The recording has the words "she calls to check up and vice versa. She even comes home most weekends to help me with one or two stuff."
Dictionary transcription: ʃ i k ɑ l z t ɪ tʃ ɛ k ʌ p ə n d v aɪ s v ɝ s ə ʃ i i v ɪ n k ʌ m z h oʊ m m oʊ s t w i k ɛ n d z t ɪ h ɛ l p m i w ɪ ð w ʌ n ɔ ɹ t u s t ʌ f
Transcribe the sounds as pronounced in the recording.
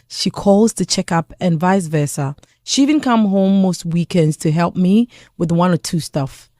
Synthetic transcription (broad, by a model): ʃ i k ɑ l z t ɪ tʃ ɛ k ʌ p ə n v aɪ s v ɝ s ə ʃ i i v ɪ n k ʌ m h oʊ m m oʊ s t w i k ɛ n d z t ɪ h ɛ l p m i w ɪ ð w ʌ n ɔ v t u s t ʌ f